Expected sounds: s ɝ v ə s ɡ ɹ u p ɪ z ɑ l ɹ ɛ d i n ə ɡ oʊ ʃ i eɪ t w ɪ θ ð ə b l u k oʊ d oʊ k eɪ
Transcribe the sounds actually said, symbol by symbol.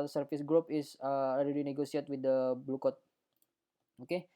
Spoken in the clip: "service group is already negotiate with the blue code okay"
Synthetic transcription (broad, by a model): s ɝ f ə s ɡ ɹ u p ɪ s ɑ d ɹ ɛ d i n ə ɡ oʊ s i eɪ t w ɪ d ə b l u k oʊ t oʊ k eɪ